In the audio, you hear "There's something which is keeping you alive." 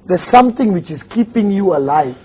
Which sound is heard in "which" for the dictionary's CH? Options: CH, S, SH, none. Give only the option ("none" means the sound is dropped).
CH